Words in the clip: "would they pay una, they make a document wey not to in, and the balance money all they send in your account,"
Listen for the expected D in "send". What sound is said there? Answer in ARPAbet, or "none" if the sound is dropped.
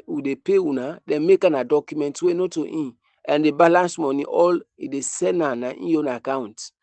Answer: none